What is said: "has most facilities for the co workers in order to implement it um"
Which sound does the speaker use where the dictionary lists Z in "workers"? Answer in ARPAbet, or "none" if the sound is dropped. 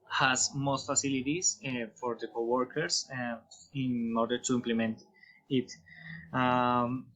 S